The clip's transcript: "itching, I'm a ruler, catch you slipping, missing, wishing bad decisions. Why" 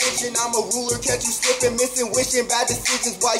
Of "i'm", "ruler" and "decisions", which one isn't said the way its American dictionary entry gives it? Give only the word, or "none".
decisions